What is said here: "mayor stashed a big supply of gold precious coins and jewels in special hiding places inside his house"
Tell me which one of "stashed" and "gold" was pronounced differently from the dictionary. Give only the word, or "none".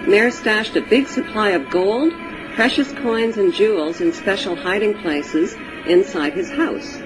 none